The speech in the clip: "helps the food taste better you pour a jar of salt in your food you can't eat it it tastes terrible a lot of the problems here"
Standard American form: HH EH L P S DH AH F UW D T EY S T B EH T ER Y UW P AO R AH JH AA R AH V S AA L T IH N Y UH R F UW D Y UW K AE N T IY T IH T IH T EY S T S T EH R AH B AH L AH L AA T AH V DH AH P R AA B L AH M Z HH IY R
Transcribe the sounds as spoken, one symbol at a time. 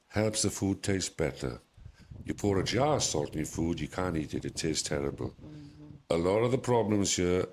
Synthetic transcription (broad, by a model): HH EH L P S DH AH F UW D T EY S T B EH T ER Y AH P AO R AH JH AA S AA L T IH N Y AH F UW D Y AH K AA N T IY T IH T IH T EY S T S T EH R AH B AH L AH L AA T AH V DH AH P R AA B L AH M Z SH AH